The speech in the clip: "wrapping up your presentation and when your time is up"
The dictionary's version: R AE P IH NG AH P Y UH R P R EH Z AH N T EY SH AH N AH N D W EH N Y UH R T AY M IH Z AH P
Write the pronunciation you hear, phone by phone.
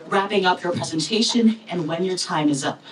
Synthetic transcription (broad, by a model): R AE P IH NG AH P Y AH R P R EH Z AH N T EY SH AH N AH N W EH N Y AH R T AY M IH Z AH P